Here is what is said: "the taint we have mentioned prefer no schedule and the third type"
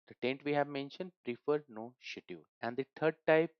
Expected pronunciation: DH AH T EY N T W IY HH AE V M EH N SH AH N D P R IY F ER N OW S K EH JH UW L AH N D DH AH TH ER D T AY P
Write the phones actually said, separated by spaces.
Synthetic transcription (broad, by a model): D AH T EY N T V IY HH AE V M EH N SH AH N D P R IY F ER N OW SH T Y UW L AH N D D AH T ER D T AY P